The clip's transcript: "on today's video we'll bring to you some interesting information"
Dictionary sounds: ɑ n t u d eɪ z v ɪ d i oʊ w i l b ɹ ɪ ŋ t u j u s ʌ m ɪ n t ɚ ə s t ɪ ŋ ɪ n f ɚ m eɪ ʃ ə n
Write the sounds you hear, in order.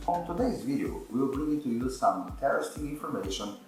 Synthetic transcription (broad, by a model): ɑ n t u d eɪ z v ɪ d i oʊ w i w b ɹ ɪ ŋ t u j u s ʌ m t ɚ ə s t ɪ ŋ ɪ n f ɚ m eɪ ʃ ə n